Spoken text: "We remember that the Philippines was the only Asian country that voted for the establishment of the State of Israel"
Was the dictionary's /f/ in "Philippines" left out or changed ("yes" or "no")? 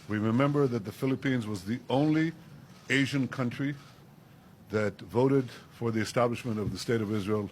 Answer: no